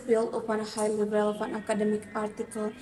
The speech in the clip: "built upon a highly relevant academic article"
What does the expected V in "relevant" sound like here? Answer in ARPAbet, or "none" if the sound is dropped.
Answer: F